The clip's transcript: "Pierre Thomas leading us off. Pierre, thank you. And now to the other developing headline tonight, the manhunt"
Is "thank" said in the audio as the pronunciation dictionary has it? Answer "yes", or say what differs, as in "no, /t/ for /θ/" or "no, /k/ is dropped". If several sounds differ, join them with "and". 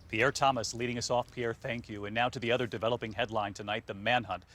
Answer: yes